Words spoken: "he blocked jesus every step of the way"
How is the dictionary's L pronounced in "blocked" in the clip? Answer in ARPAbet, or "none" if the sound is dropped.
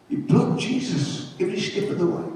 none